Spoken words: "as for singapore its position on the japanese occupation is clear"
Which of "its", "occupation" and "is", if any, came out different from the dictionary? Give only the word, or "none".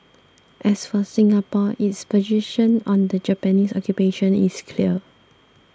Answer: is